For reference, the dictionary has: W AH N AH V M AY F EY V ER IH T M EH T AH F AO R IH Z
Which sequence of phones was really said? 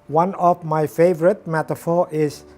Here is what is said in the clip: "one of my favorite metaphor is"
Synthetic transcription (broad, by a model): W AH N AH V M AY F EY V ER IH T M EH T AH F AO R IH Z